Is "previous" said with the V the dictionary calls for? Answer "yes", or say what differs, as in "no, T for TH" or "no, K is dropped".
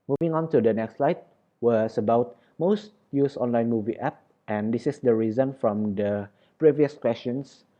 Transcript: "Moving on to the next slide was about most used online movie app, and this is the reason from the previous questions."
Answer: yes